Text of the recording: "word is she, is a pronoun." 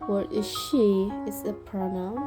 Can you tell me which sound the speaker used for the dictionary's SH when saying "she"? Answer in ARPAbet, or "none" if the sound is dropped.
SH